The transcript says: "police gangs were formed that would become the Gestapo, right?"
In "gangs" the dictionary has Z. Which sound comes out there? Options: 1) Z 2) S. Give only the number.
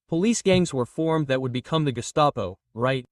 1